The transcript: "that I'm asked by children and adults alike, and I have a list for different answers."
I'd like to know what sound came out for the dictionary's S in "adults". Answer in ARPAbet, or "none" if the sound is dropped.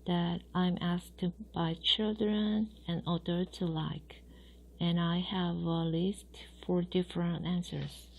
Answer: none